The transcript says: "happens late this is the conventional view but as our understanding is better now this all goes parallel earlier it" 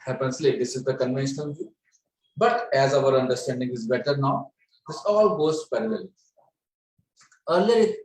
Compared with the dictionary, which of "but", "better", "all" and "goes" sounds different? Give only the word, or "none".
goes